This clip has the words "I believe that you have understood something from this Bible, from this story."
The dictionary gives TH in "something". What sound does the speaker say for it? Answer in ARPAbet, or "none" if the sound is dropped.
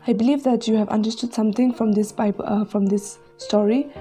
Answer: T